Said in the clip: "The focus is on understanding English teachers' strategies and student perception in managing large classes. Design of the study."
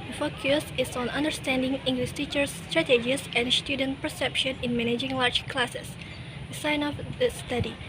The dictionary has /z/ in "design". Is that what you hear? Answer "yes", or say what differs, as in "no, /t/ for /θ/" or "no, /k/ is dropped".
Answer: no, /s/ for /z/